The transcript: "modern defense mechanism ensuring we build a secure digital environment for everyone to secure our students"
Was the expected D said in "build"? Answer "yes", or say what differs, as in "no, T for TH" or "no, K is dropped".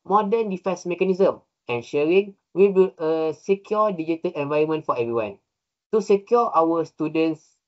no, D is dropped